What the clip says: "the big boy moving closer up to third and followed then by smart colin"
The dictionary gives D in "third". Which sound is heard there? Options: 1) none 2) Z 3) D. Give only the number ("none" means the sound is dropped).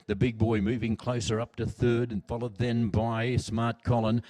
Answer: 3